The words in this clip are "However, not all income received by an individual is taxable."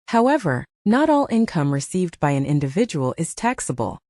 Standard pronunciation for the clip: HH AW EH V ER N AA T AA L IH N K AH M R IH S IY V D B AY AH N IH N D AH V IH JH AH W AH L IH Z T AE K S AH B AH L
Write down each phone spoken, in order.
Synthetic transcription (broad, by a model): HH AW EH V ER N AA T AA L IH N K AH M R IH S IY V D B AY AH N IH N D AH V IH JH AH W AH L IH Z T AE K S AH B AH L